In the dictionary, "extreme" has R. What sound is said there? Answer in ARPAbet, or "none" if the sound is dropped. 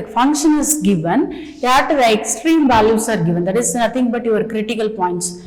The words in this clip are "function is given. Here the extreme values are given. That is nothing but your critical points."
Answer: R